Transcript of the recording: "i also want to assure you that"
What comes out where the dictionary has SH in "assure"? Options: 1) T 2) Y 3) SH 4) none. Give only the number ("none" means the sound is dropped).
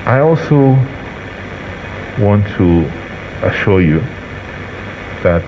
3